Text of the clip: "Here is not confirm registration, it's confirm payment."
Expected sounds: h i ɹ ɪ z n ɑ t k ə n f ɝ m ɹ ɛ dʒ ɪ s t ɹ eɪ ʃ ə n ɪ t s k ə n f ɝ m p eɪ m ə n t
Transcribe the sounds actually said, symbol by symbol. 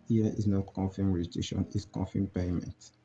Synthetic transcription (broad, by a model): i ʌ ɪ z n ɑ t k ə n f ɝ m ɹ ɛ ɪ t eɪ ʃ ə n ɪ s k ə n f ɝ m p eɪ m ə n t